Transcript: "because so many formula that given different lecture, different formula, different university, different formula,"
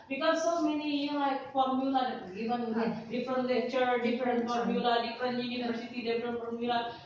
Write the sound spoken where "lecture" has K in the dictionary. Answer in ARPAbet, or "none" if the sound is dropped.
none